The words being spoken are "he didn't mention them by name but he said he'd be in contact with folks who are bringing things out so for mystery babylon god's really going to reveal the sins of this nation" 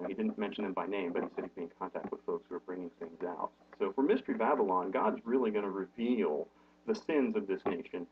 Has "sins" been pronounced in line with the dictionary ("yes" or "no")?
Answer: yes